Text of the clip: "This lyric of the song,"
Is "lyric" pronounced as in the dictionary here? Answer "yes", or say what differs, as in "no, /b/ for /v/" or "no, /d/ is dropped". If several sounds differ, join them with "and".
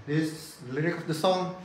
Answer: yes